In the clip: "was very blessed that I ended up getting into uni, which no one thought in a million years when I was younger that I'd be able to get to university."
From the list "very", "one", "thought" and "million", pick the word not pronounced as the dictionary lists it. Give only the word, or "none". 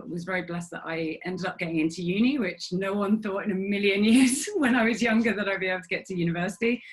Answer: none